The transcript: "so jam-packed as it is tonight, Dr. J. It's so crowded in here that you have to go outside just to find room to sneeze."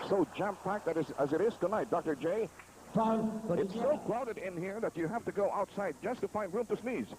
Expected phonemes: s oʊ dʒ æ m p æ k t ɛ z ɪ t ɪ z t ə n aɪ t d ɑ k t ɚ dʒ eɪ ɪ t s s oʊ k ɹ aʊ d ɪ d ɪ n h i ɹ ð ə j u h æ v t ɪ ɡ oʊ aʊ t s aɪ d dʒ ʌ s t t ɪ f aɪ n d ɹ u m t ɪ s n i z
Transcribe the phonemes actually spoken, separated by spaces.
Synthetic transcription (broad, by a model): s oʊ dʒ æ m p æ k t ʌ z ɪ t ɪ z t ə n aɪ t d ɑ k t ɚ dʒ eɪ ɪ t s s oʊ k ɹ aʊ d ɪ d ɪ n h i ɹ ð ə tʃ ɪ h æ f t ɪ ɡ oʊ aʊ t s aɪ d dʒ ʌ s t t ɪ f aɪ n d ɹ u m t ɪ s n i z